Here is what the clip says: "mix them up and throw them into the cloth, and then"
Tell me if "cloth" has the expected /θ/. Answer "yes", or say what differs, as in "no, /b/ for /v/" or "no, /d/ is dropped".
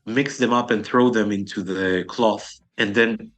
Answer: yes